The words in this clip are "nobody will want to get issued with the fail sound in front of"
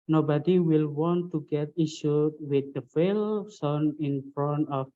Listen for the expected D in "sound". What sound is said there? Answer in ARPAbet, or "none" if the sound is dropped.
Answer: none